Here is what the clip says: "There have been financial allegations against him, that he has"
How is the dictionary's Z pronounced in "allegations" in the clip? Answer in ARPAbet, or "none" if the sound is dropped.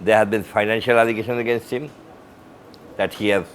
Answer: none